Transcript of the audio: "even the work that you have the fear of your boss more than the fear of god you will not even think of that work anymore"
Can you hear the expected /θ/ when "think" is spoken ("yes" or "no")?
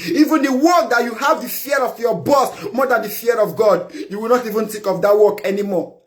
no